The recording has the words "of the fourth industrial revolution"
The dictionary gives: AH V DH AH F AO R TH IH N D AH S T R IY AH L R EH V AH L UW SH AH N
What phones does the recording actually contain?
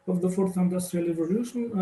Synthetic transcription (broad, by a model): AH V DH AH F AO R TH IH N D AH S T R IY AH L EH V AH L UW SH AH N